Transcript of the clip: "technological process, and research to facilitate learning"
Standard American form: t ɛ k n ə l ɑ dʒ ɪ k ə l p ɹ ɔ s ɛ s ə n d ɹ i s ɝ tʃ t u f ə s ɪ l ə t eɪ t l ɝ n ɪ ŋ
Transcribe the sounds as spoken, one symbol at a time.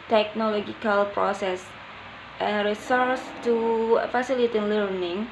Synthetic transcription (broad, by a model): t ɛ k n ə l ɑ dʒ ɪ k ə l p ɹ ɔ s ɛ s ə n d ɹ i s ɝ s t u f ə s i l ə t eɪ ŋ l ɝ n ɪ ŋ